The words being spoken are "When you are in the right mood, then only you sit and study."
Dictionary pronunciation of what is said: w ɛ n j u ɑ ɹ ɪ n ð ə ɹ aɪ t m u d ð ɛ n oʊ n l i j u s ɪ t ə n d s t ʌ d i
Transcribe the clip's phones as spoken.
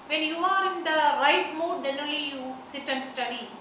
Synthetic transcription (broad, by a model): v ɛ n j u ɑ ɹ ɪ n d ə ɹ aɪ t m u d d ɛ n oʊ l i j u s ɪ t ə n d s t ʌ d i